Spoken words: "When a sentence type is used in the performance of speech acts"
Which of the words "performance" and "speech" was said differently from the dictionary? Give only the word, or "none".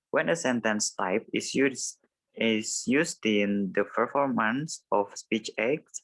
none